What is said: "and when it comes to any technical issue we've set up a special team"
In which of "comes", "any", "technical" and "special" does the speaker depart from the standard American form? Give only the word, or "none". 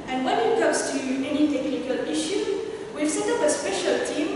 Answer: comes